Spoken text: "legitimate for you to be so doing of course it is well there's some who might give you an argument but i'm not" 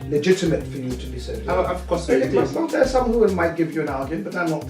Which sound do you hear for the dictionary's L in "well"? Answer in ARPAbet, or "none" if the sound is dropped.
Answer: N